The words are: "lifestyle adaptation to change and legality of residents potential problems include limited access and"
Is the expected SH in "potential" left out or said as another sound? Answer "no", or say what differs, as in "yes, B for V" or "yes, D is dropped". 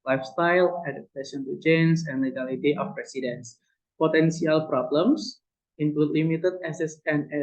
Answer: yes, S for SH